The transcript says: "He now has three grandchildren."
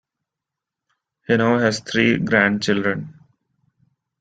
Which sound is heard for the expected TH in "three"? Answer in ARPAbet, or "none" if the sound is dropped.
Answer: T